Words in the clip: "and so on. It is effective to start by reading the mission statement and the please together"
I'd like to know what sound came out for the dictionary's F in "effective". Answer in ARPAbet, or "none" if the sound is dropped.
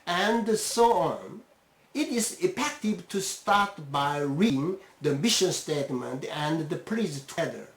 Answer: P